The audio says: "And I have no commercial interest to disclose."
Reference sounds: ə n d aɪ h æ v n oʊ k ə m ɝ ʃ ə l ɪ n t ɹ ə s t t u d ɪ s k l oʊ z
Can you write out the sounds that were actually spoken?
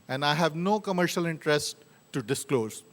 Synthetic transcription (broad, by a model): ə n d aɪ h æ v n oʊ k ə m ɝ ʃ ə l ɪ n t ɹ ə s t t u d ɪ s k l oʊ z